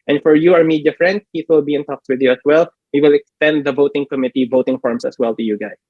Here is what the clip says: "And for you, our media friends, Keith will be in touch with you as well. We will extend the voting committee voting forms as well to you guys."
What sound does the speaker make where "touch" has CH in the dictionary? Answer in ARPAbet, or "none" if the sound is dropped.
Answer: S